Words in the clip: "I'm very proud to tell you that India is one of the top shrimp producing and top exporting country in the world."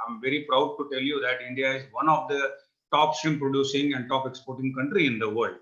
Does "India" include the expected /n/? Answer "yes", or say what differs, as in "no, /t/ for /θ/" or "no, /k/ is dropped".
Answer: yes